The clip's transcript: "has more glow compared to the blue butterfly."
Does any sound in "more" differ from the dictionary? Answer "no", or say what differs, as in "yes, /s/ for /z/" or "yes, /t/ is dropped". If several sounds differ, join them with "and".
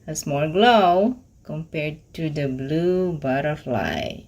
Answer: yes, /l/ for /ɹ/